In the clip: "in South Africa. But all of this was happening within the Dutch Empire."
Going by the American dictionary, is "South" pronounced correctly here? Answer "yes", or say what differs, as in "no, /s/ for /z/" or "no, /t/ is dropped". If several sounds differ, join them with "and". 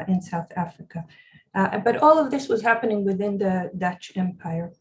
yes